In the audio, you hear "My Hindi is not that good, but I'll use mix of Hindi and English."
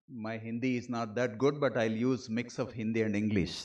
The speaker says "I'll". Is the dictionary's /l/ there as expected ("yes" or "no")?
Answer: yes